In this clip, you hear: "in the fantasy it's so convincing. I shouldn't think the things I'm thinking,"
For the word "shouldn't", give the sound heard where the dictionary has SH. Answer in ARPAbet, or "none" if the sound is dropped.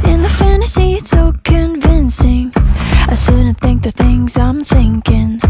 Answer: S